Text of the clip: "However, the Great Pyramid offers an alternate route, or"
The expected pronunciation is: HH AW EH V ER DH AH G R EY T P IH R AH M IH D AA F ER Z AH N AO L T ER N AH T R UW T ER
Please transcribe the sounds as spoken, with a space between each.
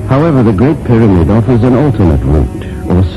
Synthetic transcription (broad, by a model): HH AW EH V ER DH AH G R EY T P IH R AH M IH D AA F ER Z AH N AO L T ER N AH T R UW T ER